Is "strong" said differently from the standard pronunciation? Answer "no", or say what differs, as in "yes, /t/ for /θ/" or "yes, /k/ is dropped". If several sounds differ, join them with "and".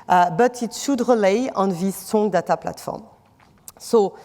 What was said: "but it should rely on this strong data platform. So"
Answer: yes, /ɹ/ is dropped